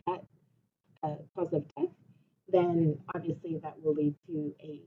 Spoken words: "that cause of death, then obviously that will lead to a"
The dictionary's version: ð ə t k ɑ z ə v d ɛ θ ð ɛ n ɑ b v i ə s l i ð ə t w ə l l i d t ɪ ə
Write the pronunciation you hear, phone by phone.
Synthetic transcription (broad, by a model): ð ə t k ɑ z ə v d ɛ θ ð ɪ n ɑ b v i ə s l i ð ə t w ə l l i d t ɪ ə